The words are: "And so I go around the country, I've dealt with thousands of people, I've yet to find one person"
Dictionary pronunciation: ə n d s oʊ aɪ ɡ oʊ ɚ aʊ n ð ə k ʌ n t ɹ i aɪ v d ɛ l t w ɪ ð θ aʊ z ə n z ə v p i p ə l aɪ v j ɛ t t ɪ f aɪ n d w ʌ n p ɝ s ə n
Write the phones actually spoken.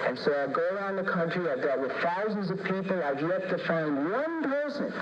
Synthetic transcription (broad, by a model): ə n s oʊ aɪ ɡ oʊ ɚ aʊ n ð ə k ʌ n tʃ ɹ i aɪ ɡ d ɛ t w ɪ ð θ aʊ z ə n z ə v p i p l aɪ v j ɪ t t ɪ f aɪ n d w ʌ n p ɝ s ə n